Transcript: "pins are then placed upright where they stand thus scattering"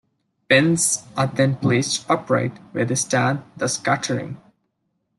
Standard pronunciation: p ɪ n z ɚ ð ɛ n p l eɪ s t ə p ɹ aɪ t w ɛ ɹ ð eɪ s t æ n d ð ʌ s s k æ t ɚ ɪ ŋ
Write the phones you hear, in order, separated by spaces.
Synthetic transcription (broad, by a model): b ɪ n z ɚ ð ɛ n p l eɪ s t ə p ɹ aɪ t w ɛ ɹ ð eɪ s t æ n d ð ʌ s s k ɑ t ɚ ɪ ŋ